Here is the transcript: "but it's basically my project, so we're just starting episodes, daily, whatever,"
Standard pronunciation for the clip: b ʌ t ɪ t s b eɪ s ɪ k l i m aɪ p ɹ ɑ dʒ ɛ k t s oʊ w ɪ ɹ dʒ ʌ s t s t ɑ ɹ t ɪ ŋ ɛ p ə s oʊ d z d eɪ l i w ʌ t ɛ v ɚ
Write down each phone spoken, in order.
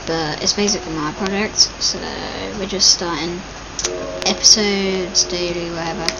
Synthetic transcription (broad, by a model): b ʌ t ɪ t s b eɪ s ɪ k l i m aɪ p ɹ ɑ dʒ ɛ k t s oʊ w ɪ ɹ dʒ ʌ s t s t ɑ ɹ t ɪ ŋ ɛ p ə s oʊ d z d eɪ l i w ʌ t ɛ v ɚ